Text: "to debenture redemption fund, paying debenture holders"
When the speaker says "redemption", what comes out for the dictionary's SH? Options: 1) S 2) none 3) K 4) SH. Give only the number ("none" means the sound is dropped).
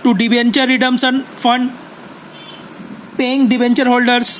1